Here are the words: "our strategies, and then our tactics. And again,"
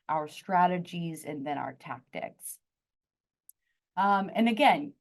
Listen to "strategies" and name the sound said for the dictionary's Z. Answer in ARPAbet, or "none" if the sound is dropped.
Z